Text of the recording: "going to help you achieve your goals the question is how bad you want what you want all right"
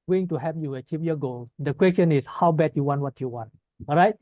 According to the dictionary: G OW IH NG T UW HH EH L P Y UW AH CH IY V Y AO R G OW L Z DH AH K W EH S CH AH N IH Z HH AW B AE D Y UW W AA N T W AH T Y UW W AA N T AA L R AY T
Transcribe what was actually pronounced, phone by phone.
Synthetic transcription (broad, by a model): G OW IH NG T UW HH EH P Y UW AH CH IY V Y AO G OW L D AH K W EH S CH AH N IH S HH AW B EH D Y UW W AA N T W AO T Y UW W AA N T AA L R AY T